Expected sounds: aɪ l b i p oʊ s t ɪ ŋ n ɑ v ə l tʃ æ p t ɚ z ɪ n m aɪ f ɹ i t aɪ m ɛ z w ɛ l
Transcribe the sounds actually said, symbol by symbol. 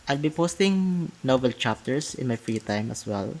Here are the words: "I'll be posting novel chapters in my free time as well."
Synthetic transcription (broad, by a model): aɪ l b i p oʊ s t ɪ ŋ n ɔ b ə l tʃ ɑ p t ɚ s ɪ n m aɪ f ɹ i t aɪ m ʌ s w ɛ l